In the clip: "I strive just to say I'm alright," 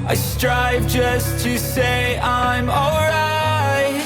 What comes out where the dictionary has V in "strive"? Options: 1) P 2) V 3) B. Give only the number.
2